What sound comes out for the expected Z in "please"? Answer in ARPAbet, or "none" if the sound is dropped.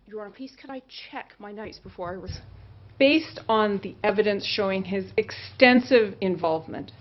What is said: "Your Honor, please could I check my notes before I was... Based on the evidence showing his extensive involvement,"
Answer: S